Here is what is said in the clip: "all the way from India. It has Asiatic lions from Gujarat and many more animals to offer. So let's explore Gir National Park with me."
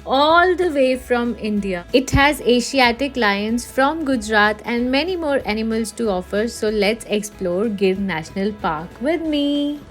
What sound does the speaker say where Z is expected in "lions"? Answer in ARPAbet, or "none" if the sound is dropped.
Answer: S